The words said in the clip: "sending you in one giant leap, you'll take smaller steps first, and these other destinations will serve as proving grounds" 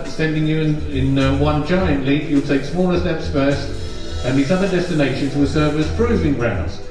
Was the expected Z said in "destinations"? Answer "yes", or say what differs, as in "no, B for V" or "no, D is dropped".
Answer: yes